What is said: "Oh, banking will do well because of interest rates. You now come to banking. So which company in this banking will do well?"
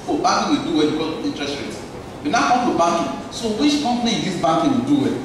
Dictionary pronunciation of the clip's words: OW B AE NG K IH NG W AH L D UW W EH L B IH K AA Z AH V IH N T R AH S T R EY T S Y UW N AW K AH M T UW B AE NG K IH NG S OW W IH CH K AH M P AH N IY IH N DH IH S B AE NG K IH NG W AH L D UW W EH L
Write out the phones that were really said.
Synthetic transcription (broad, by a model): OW B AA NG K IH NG W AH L D UW W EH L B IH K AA AH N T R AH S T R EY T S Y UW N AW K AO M T UW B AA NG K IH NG S OW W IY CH K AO M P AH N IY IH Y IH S B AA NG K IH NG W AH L D UW W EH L